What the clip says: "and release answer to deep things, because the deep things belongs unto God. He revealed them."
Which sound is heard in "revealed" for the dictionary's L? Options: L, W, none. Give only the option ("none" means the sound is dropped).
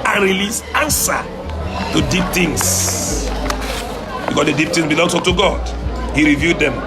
none